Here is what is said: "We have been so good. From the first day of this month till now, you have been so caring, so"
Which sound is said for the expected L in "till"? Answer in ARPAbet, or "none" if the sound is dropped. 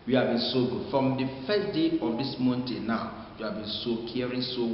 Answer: N